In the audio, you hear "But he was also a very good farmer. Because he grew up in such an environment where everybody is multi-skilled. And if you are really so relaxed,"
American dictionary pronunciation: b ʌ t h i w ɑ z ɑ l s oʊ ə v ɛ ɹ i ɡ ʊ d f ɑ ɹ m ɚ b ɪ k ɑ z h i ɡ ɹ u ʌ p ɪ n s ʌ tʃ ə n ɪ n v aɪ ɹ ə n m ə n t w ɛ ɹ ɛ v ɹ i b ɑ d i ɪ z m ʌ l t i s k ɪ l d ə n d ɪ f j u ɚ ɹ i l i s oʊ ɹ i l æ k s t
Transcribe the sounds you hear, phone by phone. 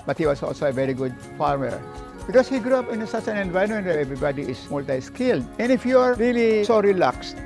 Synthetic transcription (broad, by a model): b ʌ t h i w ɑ s ɑ l s oʊ ə v ɛ ɹ i ɡ ʊ d f ɑ ɹ m ɚ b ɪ k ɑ s h i ɡ ɹ u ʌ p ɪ n s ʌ tʃ ə n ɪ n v aɪ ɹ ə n m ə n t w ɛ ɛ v ɹ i b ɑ d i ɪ s m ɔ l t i s k ɪ l d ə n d ɪ f j u ɚ ɹ i l i s oʊ ɹ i l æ k s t